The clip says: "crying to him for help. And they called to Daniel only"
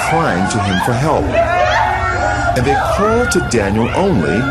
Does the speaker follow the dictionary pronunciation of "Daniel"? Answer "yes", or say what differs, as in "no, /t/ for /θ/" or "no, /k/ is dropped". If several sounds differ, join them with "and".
yes